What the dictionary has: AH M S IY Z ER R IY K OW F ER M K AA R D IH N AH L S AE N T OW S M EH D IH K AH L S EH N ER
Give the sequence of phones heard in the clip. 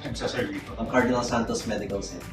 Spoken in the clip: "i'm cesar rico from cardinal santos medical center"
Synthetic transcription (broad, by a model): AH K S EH S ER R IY OW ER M K AA R D IH N AH L S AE N T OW S M EH D IH K AH L S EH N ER